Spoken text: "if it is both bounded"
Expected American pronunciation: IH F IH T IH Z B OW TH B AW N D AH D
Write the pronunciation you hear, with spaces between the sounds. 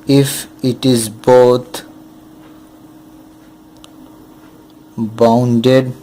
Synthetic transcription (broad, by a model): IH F IH T IH Z B OW T B AW N D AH D